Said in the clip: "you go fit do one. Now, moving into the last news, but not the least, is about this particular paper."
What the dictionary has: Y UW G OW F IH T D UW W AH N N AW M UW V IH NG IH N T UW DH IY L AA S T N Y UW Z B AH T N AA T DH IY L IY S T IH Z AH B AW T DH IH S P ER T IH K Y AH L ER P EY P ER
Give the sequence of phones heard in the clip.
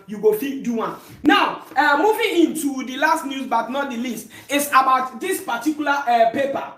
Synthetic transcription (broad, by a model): Y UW G OW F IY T D UW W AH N N AW M UW V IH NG IH N T UW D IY L AA S T N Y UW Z B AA T N AA T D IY L IY S T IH S AH B AW T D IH S P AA T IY K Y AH L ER P EY P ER